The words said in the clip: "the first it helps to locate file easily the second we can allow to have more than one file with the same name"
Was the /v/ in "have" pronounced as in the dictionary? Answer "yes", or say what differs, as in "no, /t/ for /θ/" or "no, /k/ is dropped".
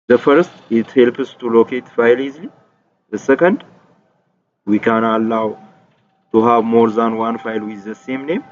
no, /b/ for /v/